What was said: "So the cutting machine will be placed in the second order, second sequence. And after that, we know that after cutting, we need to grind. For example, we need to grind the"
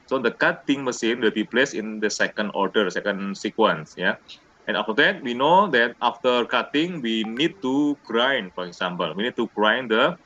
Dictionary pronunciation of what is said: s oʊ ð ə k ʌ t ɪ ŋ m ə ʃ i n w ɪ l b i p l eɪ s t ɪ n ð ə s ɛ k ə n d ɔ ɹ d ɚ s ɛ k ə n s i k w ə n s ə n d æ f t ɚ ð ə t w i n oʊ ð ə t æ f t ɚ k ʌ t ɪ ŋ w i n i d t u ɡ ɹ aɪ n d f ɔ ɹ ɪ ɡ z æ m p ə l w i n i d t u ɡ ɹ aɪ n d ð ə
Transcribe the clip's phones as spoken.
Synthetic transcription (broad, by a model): s oʊ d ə k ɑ t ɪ ŋ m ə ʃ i n w ɪ l b i p l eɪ s ɪ n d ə s ɛ k ə n d ɔ ɹ d ɚ s ɛ k ə n s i k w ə n s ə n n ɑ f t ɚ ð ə t w i n oʊ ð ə t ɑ f t ɚ k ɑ t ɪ ŋ w i n i d t u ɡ ɹ aɪ n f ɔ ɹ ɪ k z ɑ m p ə l w i n i d t u ɡ ɹ aɪ n d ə